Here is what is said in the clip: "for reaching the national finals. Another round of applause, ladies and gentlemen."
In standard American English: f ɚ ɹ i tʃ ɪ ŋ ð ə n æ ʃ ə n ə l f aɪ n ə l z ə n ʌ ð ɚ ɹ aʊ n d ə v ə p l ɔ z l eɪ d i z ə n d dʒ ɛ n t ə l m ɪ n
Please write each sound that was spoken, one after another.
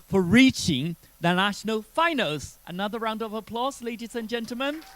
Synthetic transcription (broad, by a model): f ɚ ɹ i tʃ ɪ ŋ ð ə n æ ʃ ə n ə l f aɪ n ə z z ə n ʌ ð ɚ ɹ aʊ n d ə v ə p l ɔ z l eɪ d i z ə n dʒ ɛ n t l m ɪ n